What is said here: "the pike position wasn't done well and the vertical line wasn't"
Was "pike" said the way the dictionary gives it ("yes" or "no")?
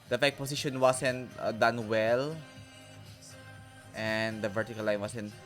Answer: no